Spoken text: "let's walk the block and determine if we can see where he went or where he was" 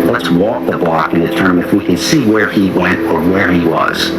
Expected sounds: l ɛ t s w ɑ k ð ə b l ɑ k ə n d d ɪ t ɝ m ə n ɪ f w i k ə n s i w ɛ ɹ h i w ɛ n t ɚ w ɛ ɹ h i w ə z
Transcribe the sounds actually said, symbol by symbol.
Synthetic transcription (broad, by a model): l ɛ t s w ɑ k ð ə b l ɑ k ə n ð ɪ t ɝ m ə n ɪ f w i k ə n s i w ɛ ɹ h i w ɛ n t ɚ w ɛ ɹ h i w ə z